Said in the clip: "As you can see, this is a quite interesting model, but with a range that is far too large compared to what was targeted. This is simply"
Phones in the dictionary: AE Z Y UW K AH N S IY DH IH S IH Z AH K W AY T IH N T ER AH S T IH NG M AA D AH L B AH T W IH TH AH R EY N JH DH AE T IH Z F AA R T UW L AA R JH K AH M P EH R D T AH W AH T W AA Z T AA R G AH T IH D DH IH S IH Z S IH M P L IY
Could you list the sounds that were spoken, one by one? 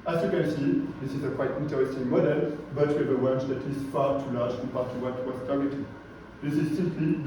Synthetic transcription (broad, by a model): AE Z Y UW K AH N S IY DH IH S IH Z AH K W AY T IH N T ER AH S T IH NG M AA D AH L B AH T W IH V AH W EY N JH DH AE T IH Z F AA T UW L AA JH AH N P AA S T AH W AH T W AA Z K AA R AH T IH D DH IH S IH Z S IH M P L IY